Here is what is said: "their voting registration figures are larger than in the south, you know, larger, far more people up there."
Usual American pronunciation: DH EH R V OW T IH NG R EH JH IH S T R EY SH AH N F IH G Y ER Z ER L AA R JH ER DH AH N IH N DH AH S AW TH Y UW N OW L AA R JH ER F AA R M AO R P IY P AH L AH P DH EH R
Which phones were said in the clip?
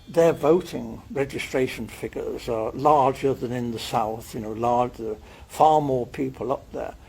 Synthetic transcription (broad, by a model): DH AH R V OW T IH NG R EH JH IH S T R EY SH AH N F IH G ER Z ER L AA R JH ER DH AH N IH N DH AH S AW TH Y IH N OW L AA R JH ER F AA R M AO R P IY P AH L AH P DH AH R